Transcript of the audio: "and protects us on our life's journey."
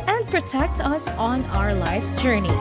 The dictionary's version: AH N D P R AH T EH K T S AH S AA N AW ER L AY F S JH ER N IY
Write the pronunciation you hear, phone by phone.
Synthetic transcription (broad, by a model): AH N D P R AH T EH K T AH S N AW ER L AY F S JH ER N IY